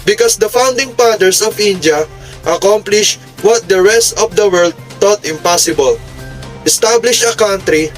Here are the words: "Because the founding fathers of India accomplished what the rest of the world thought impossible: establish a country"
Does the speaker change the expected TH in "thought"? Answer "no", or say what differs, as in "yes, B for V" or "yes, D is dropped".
yes, T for TH